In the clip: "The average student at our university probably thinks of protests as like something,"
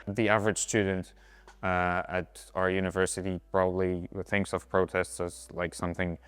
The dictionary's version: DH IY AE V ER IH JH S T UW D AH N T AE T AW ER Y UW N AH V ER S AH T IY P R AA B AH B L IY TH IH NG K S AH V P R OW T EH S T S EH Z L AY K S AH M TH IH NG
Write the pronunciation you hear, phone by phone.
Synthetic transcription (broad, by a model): DH IY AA V ER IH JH S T UW D N T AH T AW ER Y UW N AH V ER S AH T IY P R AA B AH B L IY TH IH NG K S AH V P R OW T EH S T S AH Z L AY K S AH M TH IH NG